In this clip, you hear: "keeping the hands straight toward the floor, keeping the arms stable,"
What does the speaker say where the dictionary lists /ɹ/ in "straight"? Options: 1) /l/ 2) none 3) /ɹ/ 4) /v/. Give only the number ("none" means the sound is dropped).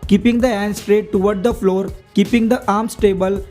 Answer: 3